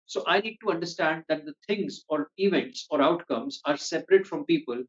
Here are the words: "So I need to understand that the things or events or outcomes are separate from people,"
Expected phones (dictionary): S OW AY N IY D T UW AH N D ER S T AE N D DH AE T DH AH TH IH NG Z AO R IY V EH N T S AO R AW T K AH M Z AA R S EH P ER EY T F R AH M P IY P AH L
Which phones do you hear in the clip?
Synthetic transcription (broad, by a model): S OW AY N IY D T UW AH N D ER S T AE N D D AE T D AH T IH NG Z AO R IY V EH N T S AO R AW T K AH M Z AA R S EH P ER EY T F R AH M P IY P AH L